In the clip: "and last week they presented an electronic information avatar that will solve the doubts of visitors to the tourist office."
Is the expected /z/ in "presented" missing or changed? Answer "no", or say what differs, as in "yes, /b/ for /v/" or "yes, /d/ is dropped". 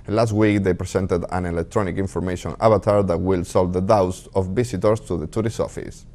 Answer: yes, /s/ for /z/